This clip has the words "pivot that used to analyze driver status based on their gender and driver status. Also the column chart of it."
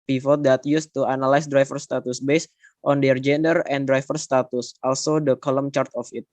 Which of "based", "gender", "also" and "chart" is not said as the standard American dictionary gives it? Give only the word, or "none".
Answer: none